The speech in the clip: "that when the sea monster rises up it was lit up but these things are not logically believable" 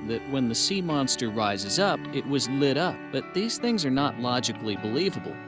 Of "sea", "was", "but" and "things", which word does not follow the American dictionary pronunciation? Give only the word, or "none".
none